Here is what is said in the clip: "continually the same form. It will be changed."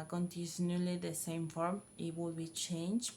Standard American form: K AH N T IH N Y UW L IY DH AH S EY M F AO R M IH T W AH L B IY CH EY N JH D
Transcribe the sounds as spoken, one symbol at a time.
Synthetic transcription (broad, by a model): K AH N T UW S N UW L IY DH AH S EY M F AO R M IH T W AH L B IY CH EY N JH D